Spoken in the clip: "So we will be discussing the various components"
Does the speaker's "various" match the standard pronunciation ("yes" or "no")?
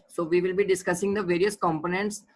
yes